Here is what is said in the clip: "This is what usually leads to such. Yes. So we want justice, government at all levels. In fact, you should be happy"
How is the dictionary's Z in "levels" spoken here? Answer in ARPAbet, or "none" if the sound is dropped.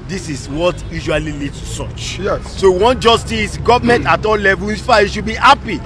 none